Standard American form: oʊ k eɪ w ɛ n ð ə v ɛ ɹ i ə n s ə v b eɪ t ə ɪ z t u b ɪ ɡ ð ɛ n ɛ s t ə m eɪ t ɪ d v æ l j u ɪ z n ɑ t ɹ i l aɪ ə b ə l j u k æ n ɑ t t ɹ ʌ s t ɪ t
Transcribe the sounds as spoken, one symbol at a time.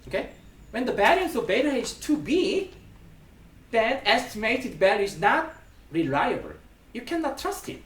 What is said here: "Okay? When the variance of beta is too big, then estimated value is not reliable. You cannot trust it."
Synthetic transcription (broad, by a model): oʊ k eɪ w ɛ n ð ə b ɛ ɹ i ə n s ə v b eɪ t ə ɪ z t u b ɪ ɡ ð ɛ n ɛ s t ə m eɪ t ɪ d b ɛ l ɪ z n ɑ t ɹ i l aɪ ə b ə l j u k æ n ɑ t t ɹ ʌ s t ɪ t